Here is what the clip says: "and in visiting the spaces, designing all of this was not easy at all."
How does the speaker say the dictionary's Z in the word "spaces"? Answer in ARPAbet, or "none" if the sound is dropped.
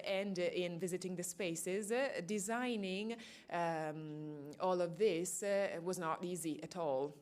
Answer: Z